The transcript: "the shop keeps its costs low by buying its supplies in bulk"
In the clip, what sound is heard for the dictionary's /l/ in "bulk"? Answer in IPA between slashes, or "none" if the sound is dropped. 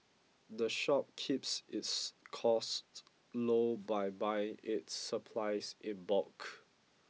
none